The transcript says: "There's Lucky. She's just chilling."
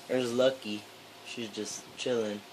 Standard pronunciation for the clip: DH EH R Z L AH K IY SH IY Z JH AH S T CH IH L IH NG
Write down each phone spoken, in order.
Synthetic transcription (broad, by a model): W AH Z L AH K IY SH IY Z JH AH S CH IH L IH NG